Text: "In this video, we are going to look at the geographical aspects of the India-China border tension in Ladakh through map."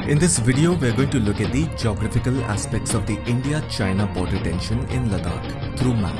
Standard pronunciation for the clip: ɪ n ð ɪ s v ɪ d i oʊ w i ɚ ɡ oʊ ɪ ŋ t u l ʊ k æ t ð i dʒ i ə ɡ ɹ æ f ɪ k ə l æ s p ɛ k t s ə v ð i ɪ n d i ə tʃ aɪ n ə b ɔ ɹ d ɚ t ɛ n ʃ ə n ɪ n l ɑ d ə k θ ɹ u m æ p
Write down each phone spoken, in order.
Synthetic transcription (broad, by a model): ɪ n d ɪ s v ɪ d i oʊ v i ɚ ɡ oʊ ɪ ŋ t u l ʊ k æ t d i dʒ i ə ɡ ɹ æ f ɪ k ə l æ s p ɛ k t s ə v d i ɪ n d i ə tʃ aɪ n ə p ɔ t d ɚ t ɛ n ʃ ə n ɪ n l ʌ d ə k t ɹ u m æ